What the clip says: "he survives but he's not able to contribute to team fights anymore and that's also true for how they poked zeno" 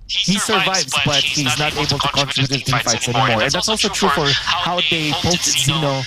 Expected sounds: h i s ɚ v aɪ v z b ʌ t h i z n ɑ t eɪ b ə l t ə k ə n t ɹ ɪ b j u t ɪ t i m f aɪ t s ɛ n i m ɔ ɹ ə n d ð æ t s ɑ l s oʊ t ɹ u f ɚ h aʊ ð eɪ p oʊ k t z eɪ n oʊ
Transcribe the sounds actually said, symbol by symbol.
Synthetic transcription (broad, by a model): h i s ɚ v aɪ v z b ʌ t h i z n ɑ t eɪ b ə l t ə k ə n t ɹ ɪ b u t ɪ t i f aɪ t s ɛ n i m ɔ ɹ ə n ð æ t s ɑ l s oʊ t ɹ u f ɚ h aʊ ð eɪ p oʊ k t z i n oʊ